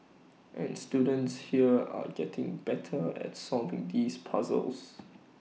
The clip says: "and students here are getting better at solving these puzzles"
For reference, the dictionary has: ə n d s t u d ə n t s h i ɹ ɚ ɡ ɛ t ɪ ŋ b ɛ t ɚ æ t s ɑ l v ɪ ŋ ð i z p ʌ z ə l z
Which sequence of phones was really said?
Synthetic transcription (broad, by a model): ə n s t u d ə n t s h i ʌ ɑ ɡ ɛ t ɪ ŋ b ɛ t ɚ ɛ t s ɑ v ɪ ŋ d i s p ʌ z ə l s